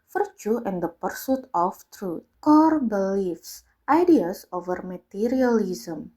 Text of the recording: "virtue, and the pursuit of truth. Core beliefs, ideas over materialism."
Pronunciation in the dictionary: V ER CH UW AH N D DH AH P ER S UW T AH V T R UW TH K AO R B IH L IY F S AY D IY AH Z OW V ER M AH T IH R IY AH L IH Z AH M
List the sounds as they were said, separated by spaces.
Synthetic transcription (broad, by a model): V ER CH UW AH N D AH P ER S UW T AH F T R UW T K AO R B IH L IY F S AY D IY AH S OW V ER M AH T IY R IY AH L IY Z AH M